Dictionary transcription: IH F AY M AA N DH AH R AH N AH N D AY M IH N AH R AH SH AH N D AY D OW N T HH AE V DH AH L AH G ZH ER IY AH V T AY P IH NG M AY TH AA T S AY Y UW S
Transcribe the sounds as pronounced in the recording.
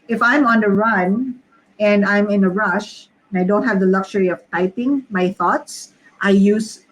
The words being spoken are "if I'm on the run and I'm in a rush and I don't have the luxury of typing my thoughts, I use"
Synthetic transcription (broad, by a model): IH F AY M AA N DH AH R AH N AH N D AY M IH N AH R AH SH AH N AY D OW N T HH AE V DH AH L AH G SH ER IY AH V T AY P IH NG M AY TH AA T S AY Y UW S